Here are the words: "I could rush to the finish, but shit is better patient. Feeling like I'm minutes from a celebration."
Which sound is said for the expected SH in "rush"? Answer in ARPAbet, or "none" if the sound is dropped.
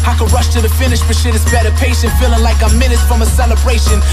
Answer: SH